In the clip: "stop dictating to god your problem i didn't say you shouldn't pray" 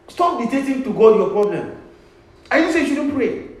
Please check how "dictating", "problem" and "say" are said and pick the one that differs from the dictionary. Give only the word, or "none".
dictating